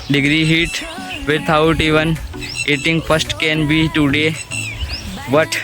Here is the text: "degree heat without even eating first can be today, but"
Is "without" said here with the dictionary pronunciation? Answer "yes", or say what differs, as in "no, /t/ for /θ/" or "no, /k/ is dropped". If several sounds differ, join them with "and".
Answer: no, /t/ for /θ/